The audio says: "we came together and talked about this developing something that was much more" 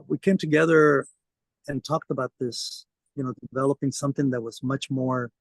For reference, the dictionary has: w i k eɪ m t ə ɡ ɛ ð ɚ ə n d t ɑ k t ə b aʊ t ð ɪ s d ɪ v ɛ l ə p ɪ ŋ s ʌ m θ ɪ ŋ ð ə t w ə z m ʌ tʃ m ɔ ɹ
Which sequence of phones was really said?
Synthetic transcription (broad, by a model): w i k eɪ m t ə ɡ ɛ ð ɚ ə n t ɑ k t ə b aʊ t ð ɪ s d ɪ v ɛ l ə p ɪ ŋ s ʌ m θ ɪ ŋ ð ə t w ə z m ʌ tʃ m ɔ ɹ